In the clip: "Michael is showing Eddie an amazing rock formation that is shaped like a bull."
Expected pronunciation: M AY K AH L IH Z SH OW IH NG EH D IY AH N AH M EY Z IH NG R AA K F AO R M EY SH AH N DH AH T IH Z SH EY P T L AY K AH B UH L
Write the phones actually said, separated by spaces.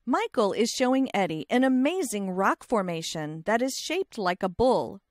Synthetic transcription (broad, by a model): M AY K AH L IH Z SH OW IH NG EH D IY AH N AH M EY Z IH NG R AA K F AO R M EY SH AH N DH AH T IH Z SH EY P T L AY K AH B UH L